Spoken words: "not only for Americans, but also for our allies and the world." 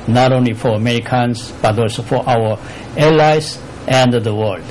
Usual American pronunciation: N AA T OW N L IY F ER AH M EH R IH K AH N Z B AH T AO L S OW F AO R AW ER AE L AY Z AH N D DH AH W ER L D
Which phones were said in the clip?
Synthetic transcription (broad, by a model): N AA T OW N L IY F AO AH M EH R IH K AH N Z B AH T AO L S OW F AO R AW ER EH L AY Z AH N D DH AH W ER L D